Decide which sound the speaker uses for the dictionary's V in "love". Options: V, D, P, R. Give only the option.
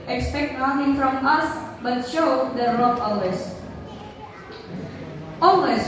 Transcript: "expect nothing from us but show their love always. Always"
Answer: P